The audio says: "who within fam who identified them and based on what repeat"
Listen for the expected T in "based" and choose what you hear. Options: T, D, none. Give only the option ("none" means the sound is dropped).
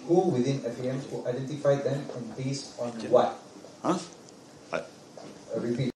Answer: none